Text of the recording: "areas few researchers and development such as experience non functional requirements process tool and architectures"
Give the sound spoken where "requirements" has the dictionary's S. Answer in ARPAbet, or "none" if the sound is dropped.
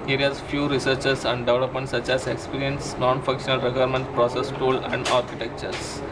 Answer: none